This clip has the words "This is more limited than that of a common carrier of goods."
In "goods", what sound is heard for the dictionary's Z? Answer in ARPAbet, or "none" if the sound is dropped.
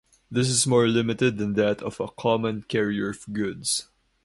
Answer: S